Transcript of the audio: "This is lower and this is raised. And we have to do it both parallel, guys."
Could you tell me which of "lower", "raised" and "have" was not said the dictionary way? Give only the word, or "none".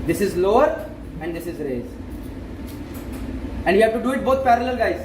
raised